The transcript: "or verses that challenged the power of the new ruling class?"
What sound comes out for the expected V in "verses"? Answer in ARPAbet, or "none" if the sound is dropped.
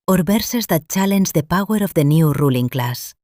B